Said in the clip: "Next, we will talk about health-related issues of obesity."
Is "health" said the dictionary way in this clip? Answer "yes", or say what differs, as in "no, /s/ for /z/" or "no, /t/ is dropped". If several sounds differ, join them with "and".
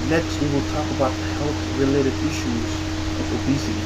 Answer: yes